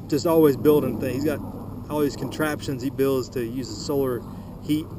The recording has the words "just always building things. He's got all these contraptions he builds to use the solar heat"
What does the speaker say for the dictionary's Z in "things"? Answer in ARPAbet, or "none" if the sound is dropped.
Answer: none